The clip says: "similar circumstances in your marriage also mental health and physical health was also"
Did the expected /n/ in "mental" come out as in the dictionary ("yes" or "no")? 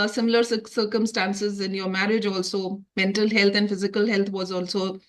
yes